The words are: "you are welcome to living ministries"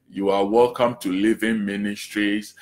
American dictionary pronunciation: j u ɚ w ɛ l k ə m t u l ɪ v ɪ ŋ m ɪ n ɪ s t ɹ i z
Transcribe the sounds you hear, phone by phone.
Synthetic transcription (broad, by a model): j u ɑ w ɛ l k ə m t u l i v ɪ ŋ m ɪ n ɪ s t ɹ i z